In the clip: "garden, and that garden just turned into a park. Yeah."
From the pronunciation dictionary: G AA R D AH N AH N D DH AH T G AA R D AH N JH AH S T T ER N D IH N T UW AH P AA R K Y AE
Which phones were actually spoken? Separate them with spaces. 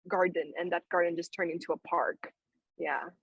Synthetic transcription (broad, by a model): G AA R D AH N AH N DH AH T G AA R D N JH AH S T T ER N IH N T UW AH P AA R K Y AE